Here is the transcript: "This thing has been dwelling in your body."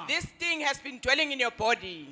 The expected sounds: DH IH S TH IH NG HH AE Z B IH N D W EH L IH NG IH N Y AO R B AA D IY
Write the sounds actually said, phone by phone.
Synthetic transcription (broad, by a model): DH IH S T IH NG HH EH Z B IH N D W EH L IH NG IH N Y AO B AA D IY